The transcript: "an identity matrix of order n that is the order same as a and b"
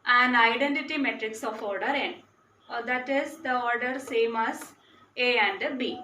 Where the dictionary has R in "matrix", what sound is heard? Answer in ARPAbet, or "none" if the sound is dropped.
R